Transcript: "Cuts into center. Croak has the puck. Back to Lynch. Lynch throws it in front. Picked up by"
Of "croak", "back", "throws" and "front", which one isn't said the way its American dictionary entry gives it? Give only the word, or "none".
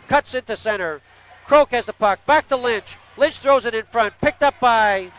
none